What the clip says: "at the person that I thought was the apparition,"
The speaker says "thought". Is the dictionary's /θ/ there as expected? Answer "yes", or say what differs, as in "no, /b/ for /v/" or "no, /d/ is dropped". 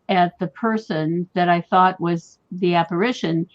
yes